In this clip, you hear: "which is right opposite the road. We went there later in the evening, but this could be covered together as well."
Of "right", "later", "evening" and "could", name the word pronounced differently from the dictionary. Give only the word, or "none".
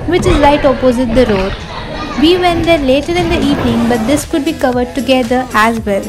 right